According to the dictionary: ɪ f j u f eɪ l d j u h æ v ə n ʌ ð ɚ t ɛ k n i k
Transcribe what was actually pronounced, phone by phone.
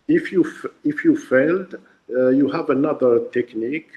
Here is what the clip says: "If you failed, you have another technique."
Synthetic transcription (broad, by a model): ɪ f j u f eɪ l d j u h æ v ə n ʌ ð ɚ t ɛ k n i k